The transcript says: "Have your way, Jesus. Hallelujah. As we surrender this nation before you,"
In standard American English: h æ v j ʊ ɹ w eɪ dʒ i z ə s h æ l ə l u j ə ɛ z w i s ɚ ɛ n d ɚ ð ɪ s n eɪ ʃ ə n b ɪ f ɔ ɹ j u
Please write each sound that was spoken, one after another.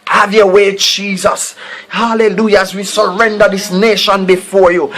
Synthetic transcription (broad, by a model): h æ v j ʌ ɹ w eɪ dʒ i z ə s h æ l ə l u j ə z w i s ɚ ɛ n d ɚ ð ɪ s n eɪ ʃ ə n b ɪ f ɔ ɹ j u